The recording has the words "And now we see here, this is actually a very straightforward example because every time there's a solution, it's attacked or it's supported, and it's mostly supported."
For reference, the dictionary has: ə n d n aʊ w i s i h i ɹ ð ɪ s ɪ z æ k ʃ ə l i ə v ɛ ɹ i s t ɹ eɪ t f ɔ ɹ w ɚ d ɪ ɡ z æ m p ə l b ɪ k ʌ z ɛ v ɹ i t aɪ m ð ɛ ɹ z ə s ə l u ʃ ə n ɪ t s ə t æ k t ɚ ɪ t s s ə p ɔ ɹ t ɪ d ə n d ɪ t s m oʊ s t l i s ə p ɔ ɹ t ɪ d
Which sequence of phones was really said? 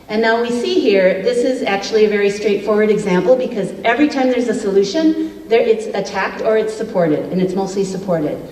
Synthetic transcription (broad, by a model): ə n n aʊ w i s i h i ɹ ð ɪ s ɪ z æ k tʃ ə l i ə v ɛ ɹ i s t ɹ eɪ t f ɔ ɹ w ɚ d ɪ ɡ z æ m p l b ɪ k ʌ z ɛ v ɹ i t aɪ m ð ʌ ɹ z ə s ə l u ʃ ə n ɪ t s ə t æ k t ɚ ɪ t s s ə p ɔ ɹ t ɪ d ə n ɪ t s m oʊ s t l i s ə p ɔ ɹ t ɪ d